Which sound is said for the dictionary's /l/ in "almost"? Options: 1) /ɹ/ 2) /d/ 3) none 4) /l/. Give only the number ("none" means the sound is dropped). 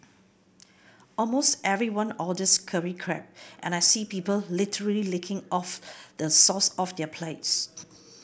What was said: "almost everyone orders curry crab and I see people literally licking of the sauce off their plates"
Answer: 4